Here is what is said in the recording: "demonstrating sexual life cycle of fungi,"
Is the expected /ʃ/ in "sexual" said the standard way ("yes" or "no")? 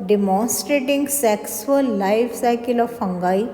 no